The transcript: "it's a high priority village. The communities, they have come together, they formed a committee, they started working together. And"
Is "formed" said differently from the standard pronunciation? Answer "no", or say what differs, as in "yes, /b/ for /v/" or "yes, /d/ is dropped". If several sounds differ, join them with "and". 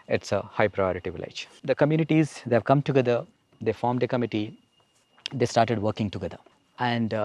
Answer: no